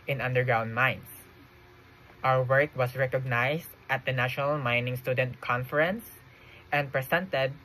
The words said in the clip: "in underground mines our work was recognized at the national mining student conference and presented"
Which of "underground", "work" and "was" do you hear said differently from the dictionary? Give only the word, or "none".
was